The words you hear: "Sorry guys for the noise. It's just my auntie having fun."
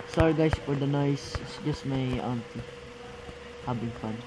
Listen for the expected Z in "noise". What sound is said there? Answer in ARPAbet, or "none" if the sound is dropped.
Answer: none